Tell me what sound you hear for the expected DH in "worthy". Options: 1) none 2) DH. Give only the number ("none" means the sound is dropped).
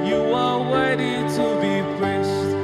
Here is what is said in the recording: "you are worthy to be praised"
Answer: 1